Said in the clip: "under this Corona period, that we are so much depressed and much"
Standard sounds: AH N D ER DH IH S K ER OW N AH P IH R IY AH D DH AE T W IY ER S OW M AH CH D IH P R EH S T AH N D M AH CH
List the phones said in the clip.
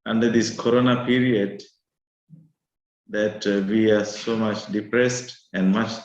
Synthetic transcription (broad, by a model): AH N D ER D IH S K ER OW N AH P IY R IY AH D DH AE T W IY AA S OW M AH CH D IH P R EH S T AH N D M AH CH